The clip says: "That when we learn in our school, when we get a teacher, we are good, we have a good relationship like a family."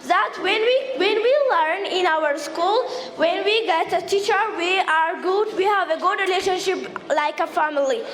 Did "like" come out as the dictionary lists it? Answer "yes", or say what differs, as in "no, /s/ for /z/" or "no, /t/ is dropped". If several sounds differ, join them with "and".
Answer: yes